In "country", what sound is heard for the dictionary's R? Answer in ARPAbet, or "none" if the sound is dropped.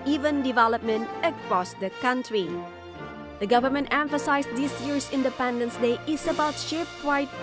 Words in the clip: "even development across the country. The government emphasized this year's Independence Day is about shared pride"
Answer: R